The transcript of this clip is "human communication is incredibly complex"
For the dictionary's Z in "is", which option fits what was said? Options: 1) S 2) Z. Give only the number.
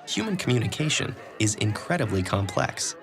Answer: 2